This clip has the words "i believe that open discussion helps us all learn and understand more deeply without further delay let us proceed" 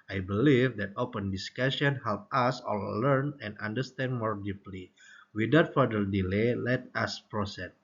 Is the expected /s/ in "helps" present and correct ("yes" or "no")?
no